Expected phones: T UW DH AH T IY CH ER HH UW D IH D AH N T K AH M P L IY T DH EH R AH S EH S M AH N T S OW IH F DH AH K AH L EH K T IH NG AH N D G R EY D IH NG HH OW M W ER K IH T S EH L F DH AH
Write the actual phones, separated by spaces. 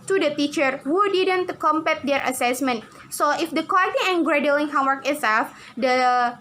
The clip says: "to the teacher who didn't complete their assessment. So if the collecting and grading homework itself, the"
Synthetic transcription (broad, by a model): T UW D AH T IY CH ER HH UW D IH D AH N T K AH M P EH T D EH R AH S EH S M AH N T S OW IH F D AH K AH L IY T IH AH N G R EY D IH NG HH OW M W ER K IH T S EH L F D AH